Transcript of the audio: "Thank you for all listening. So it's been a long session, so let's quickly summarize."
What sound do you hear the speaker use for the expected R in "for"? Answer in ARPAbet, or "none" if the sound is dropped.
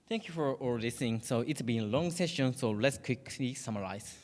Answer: R